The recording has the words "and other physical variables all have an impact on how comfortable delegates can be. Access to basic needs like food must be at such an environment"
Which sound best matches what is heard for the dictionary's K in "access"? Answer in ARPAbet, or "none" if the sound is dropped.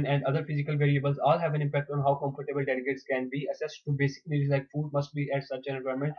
none